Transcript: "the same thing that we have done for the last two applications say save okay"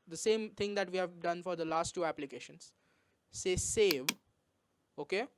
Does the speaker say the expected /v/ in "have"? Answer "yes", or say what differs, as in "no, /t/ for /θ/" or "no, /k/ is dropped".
yes